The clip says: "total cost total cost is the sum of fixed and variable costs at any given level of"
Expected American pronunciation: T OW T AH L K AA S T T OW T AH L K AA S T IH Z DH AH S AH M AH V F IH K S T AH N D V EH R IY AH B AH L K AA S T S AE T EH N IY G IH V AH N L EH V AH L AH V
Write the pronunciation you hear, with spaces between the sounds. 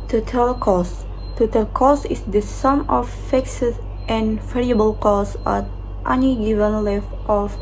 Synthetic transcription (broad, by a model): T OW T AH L K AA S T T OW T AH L K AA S IH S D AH S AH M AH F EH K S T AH N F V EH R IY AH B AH L K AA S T T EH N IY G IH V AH N L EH F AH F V